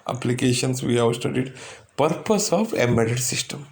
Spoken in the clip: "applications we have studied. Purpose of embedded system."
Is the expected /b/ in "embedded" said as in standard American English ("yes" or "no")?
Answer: no